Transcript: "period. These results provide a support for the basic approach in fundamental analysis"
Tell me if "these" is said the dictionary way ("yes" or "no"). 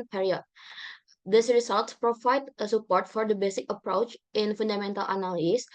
no